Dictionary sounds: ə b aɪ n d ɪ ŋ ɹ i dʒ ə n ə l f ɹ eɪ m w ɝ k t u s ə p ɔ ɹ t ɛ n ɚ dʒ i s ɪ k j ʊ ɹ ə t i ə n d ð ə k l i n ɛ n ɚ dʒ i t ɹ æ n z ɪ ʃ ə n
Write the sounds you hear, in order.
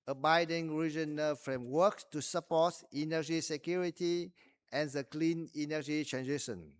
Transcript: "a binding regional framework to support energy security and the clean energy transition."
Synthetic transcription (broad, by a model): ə b aɪ d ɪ ŋ ɹ i dʒ ə n ə l f ɹ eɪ m w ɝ k t u s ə p ɔ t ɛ n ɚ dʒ i s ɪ k j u ɹ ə t i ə n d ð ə k l i n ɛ n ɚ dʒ i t ɹ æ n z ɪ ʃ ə n